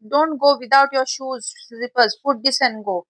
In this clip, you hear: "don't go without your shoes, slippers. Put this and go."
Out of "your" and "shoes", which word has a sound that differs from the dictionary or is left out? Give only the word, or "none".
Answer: none